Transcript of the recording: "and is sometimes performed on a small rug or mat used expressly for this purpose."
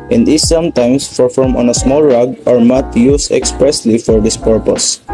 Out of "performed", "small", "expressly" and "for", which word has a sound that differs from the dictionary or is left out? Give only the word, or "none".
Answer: performed